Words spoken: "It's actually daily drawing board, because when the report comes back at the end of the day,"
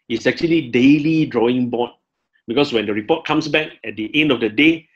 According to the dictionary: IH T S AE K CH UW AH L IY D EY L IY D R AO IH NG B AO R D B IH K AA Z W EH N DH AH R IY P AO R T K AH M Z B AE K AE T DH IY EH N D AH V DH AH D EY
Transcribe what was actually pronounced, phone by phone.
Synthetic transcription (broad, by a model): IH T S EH K CH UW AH L IY D EY L IY D R AO IH NG B AO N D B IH K AA S W EH N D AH R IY P AO T K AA M S B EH K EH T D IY EH N D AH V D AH D EY